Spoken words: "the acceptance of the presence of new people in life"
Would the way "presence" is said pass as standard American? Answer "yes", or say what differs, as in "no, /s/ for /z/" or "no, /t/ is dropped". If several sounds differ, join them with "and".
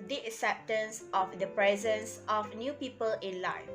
yes